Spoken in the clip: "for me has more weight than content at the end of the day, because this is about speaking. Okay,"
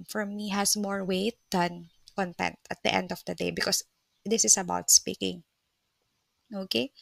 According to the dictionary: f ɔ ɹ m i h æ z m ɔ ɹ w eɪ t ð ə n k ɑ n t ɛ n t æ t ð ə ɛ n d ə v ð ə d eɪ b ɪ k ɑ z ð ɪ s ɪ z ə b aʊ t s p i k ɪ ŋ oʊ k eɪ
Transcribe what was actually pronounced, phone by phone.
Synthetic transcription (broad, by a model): f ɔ ɹ m i h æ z m ɔ ɹ w eɪ t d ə n k ɑ n t ɛ n t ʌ t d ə ɛ n d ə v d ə d eɪ b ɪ k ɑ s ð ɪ s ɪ s ə b aʊ t s p i k ɪ ŋ oʊ k eɪ